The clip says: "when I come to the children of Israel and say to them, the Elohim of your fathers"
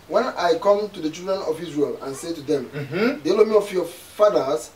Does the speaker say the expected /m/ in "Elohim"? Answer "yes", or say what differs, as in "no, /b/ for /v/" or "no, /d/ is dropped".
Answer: no, /m/ is dropped